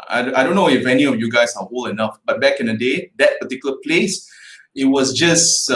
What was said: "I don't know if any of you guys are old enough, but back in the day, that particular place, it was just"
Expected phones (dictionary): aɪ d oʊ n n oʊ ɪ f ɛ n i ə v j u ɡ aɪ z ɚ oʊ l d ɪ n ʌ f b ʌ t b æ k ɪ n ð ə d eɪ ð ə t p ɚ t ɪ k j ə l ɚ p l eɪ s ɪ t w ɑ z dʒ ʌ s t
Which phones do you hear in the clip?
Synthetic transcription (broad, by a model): aɪ d oʊ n n oʊ ɪ f ɛ n i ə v j u ɡ aɪ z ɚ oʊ l ɪ n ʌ f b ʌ t b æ k ɪ n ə d eɪ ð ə t p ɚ t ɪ k j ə l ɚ p l eɪ s ɪ t w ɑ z dʒ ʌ s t